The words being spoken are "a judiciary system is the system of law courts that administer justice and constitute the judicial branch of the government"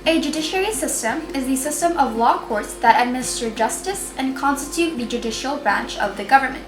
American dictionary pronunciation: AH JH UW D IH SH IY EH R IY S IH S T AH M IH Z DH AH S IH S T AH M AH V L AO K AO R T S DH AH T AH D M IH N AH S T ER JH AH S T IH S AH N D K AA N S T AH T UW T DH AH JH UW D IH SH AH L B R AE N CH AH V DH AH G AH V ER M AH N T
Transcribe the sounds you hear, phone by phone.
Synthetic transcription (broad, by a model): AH JH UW D IH SH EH R IY S IH S T AH M IH Z DH AH S IH S T AH M AH V L AO K AO R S DH AH T AH D M IH N AH S T ER JH AH S T IH S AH N K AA N S T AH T UW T DH AH JH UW D IH SH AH L B R AE N CH AH V DH AH G AH V ER M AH N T